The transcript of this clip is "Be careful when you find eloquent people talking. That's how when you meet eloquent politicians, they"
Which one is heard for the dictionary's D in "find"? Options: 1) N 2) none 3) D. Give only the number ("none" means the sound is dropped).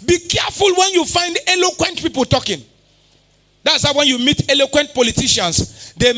3